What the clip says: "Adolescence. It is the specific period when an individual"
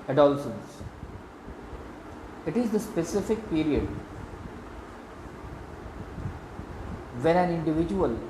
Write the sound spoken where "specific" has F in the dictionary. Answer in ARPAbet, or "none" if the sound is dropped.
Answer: F